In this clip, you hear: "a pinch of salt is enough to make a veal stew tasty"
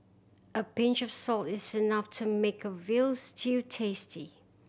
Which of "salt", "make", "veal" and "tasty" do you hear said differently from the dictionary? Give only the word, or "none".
none